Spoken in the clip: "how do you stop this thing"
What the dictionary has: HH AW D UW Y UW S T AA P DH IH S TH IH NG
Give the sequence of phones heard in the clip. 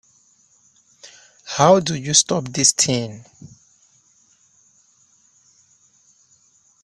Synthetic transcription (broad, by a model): HH AW D UW Y UW S T AA P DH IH S T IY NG